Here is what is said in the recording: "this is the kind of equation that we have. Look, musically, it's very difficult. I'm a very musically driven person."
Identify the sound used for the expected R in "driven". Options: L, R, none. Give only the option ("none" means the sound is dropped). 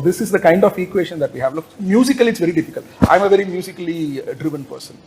R